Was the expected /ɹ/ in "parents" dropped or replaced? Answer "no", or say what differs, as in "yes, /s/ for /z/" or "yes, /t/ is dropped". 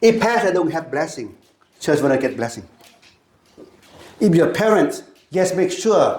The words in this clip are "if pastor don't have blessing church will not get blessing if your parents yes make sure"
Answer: no